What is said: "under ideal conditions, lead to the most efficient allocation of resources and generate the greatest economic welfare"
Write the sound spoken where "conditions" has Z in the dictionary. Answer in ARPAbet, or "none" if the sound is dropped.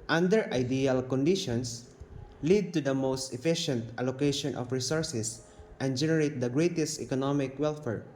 S